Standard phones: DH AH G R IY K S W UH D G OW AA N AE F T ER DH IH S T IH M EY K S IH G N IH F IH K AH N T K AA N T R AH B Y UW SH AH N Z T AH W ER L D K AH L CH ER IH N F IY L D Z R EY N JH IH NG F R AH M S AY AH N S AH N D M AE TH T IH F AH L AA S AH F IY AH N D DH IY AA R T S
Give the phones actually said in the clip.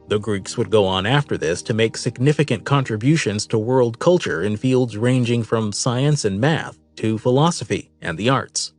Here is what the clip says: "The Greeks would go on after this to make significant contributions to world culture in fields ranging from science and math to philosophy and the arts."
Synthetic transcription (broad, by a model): DH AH G R IY K S W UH D G OW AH N AE F T ER DH IH S T IH M EY K S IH G N IH F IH K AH N K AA N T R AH B Y UW SH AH N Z T AH W ER L D K AH L CH ER IH N F IY L D Z R EY N JH IH NG F R AH M S AY AH N S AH N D M AE TH T IH F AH L AA S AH F IY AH N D DH IY AA R T S